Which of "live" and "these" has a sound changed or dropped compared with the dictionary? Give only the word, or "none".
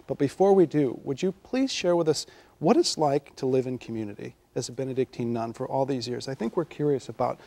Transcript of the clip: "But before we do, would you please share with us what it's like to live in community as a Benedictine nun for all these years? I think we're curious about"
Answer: none